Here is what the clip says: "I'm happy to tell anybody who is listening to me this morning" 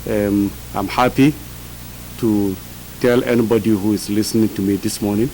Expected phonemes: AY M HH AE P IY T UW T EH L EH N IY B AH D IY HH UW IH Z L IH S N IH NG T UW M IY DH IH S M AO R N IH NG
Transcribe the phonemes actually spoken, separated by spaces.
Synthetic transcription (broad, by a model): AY M HH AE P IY T UW T EH L EH N IY B AH D IY HH UW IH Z L IH S N IH NG T UW M IY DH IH S M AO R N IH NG